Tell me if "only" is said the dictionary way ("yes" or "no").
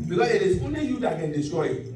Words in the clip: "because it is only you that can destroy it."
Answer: no